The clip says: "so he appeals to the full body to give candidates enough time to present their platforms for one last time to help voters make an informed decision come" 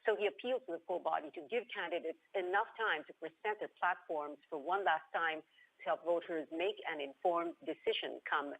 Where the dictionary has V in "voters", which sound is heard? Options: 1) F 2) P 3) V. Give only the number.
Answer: 3